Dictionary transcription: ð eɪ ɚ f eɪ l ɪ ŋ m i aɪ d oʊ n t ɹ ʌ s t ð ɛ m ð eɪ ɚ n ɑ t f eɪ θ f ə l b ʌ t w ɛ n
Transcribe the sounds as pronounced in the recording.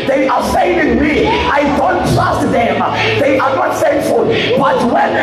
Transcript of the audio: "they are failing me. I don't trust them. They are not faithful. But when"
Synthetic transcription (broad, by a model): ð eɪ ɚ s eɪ n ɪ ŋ m i aɪ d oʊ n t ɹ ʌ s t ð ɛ m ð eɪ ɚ n ɑ t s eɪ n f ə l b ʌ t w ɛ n